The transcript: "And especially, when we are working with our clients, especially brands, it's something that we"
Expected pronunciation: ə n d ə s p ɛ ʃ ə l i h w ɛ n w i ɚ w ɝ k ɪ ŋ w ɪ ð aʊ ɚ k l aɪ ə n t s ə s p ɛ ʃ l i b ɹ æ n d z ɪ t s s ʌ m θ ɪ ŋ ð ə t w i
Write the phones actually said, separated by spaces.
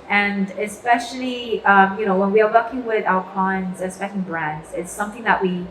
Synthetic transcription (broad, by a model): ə n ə s p ɛ ʃ ə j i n w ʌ n w i ɚ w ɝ k ɪ ŋ w ɪ ð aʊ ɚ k aɪ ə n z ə s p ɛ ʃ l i b ɹ æ n d z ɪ t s s ʌ m θ ɪ ŋ ð ə t w i